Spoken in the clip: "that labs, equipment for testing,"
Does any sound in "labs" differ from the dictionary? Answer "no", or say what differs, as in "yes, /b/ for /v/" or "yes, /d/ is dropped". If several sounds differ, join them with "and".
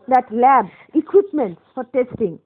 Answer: yes, /z/ is dropped